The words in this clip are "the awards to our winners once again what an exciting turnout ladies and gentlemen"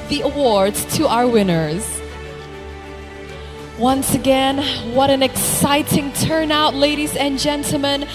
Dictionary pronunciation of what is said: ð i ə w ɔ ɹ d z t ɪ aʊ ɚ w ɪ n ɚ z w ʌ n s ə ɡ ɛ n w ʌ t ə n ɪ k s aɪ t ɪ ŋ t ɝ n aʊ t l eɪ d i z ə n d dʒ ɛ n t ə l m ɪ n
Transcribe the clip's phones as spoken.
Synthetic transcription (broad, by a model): ð i ə w ɔ ɹ d z t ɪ aʊ ɚ w ɪ n ɚ z w ʌ n s ə ɡ ɛ n w ʌ t ə n ɪ k s aɪ t ɪ ŋ t ɝ n aʊ t l eɪ d i z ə n dʒ ɛ n t l m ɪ n